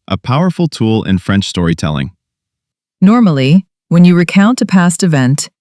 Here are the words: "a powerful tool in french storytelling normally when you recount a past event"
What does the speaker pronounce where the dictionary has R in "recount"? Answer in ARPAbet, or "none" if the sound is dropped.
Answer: R